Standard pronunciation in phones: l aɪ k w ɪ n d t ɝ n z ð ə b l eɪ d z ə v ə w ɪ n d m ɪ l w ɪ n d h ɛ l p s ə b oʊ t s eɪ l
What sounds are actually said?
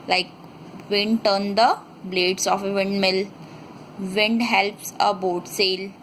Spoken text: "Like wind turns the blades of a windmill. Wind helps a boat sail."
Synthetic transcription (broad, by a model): l aɪ k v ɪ n d t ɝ n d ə b l eɪ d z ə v ə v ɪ n d m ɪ l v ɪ n d h ɛ l p s ə b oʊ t s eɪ l